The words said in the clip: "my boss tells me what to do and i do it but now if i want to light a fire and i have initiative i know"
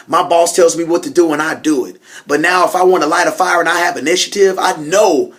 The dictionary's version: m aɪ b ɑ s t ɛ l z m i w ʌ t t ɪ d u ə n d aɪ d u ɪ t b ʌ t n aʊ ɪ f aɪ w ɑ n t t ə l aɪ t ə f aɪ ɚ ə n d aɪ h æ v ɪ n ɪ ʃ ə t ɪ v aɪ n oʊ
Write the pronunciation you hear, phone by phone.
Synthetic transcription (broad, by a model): m aɪ b ɑ s t ɛ l z m i w ʌ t t ɪ d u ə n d aɪ d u ɪ t b ʌ t n aʊ ɪ f aɪ w ɑ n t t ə l aɪ t ə f aɪ ɚ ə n aɪ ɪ v ɪ n ɪ ʃ ə t ɪ v aɪ n oʊ